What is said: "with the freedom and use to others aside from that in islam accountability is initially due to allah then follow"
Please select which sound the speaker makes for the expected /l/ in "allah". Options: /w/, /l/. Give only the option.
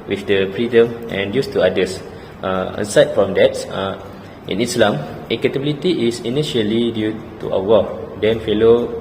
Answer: /w/